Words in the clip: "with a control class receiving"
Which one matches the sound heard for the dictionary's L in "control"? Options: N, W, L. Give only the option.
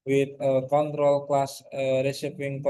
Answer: L